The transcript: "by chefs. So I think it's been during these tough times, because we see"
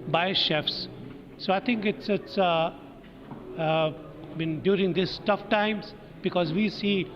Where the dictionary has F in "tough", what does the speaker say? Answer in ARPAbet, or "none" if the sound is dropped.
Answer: F